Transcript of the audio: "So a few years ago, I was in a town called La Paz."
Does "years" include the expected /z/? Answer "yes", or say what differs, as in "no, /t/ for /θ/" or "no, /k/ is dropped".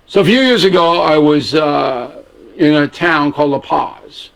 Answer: yes